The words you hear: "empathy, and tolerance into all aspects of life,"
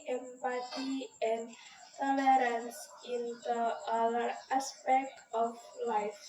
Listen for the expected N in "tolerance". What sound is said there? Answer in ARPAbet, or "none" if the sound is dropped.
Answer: N